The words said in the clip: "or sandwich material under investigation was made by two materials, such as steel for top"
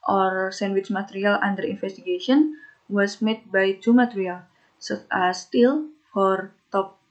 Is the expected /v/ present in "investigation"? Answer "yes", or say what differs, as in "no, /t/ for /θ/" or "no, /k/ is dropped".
no, /f/ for /v/